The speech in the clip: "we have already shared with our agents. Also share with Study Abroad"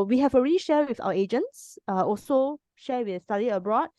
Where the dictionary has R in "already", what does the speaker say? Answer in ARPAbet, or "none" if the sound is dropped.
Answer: R